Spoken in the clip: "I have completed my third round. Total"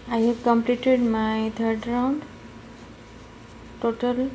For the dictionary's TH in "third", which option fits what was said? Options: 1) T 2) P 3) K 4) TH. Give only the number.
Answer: 1